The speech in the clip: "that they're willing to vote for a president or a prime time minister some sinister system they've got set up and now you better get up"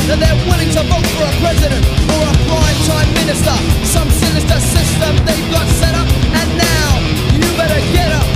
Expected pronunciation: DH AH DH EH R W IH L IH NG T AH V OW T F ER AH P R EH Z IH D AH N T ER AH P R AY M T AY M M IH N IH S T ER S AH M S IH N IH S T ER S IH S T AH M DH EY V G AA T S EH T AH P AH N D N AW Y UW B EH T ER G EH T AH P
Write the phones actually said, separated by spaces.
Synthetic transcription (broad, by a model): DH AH DH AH R W IH L IH NG T AH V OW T F ER AH P R EH Z IH D AH N T ER AH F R AY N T AY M M IH N IH S T ER S AH M S IH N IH S T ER S IH S T AH M DH EY V G AA T S EH T AH P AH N N AW Y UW B EH T ER G EH T AH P